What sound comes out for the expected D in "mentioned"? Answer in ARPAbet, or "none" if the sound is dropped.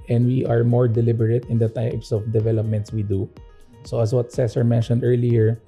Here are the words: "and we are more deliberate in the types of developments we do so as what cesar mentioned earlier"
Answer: D